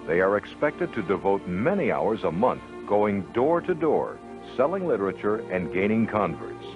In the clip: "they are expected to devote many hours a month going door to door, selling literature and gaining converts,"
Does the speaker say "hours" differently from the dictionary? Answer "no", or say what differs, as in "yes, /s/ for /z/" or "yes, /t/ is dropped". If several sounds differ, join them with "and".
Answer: no